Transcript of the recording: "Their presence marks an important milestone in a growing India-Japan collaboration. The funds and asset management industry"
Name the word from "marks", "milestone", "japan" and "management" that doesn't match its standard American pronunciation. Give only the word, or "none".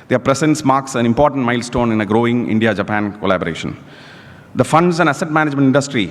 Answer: none